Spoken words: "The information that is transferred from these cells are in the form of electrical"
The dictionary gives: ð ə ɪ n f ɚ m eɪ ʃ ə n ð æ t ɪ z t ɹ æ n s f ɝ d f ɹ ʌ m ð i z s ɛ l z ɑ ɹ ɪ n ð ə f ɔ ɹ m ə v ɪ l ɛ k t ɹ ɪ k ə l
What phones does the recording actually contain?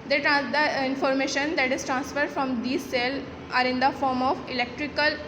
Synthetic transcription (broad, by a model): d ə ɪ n f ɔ m eɪ ʃ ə n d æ t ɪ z t ɹ æ n s f ɝ d f ɹ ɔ m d i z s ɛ l ɑ ɹ ɪ n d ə f ɔ ɹ m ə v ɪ l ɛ k t ɹ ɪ k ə l